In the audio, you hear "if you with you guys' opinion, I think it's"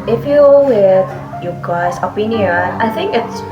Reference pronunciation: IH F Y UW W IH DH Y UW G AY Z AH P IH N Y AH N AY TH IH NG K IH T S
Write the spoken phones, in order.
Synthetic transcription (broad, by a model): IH F Y UW W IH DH Y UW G AY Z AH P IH N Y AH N AY TH IH NG K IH T S